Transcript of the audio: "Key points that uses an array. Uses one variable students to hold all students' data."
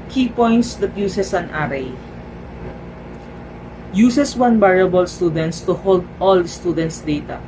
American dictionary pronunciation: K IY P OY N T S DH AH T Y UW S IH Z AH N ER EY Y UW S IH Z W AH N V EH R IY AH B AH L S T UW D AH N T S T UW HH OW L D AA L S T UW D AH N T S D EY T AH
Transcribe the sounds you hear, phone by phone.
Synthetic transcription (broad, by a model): K IY P OY N T S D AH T Y UW S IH S AH N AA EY Y UW S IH S W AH N B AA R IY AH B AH L S T UW D AH N T S T UW HH OW L D AA L S T UW D AH N T S D EY T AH